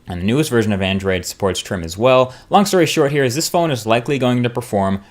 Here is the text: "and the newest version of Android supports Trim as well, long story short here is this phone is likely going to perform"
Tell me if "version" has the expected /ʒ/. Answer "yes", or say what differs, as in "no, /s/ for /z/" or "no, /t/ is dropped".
yes